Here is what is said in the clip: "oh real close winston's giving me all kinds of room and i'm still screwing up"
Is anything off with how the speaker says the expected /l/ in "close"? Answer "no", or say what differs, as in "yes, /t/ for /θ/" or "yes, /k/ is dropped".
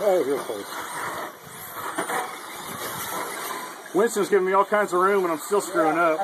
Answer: yes, /l/ is dropped